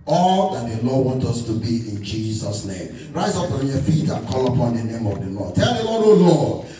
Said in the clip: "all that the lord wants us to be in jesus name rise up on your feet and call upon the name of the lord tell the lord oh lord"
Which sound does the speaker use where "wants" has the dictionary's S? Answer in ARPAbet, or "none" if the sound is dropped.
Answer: none